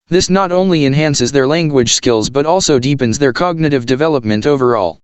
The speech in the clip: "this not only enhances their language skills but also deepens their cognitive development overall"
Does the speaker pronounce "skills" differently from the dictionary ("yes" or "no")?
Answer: no